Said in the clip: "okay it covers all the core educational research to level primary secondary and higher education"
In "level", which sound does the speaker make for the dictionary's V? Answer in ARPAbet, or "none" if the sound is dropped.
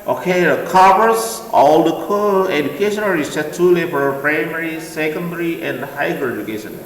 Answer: F